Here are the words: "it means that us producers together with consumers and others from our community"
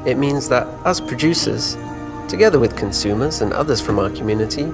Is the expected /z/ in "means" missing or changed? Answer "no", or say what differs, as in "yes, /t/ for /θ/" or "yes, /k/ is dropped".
no